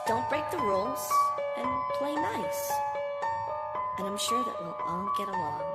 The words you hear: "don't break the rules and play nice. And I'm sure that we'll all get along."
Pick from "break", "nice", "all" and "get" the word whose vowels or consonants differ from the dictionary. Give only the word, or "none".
all